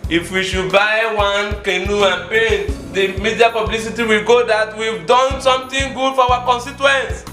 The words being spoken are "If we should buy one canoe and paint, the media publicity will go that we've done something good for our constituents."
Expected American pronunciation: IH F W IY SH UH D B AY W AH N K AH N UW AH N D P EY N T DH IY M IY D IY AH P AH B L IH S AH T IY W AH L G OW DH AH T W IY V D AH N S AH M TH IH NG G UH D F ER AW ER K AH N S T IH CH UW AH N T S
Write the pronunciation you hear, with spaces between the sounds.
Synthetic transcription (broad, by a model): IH F W IY SH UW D B AY W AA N K AH N UW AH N P EY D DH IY M IY D IY AH P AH B L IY S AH T IY W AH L G OW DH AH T W IY V D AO N S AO M T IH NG G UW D F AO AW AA K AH N S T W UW N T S